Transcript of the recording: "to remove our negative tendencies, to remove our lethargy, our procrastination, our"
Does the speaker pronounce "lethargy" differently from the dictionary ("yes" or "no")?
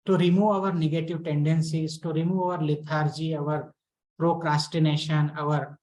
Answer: yes